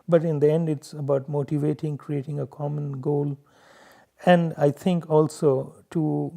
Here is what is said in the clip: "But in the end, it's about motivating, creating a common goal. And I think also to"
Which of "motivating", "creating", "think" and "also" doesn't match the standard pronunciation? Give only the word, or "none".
think